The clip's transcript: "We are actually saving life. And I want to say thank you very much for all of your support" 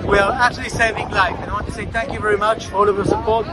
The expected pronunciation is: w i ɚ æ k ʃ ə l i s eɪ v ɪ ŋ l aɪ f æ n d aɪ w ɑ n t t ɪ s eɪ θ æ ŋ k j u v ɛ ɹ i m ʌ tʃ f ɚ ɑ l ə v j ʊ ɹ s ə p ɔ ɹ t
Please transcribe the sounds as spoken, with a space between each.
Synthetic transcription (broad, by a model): w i ɚ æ k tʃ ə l i s eɪ v ɪ ŋ l aɪ f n aɪ w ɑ n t t ɪ s eɪ θ æ ŋ k j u v ɛ ɹ i m ʌ tʃ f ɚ ɑ l ə v j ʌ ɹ s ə p ɔ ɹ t